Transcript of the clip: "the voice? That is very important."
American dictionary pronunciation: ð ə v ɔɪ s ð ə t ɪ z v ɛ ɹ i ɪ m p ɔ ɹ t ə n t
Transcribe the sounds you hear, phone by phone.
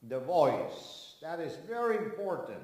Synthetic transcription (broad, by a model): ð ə v ɔɪ s ð ə t ɪ z v ɛ ɹ i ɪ m p ɔ ɹ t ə n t